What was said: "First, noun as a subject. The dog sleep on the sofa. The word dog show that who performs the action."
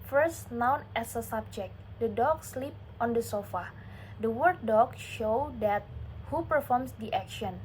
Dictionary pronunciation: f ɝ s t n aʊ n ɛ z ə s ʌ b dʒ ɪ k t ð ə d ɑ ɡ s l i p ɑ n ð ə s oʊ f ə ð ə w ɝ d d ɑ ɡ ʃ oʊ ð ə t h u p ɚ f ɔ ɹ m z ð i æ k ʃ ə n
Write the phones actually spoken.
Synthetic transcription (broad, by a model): f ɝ s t n aʊ n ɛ s ə s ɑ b dʒ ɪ k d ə d ɑ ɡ s l i p ɑ n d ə s oʊ f ə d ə w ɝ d d ɑ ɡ ʃ oʊ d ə t h u p ɚ f ɔ ɹ m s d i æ k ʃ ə n